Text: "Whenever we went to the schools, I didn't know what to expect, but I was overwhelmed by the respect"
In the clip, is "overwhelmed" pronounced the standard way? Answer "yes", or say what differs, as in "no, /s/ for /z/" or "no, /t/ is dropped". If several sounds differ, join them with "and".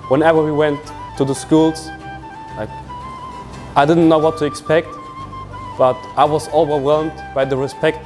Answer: yes